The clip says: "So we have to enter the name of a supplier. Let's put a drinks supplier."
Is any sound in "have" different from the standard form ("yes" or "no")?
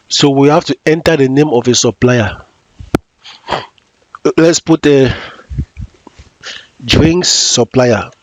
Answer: yes